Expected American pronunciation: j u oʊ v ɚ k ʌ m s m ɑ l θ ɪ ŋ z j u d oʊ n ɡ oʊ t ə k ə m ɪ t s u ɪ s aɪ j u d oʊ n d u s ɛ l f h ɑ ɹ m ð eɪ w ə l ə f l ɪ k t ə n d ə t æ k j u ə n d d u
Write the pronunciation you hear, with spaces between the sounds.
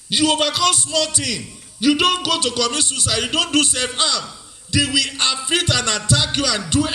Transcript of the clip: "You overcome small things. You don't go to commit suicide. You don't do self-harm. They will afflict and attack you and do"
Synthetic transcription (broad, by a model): j u oʊ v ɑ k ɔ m s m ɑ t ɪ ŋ j u d oʊ n ɡ oʊ t ə k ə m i s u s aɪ j u d oʊ n d u s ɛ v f ɑ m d eɪ w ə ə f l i t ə n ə t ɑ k j u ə n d d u